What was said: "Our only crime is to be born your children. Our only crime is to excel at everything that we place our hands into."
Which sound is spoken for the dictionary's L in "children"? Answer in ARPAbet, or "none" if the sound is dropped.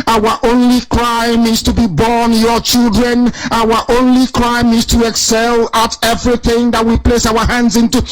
L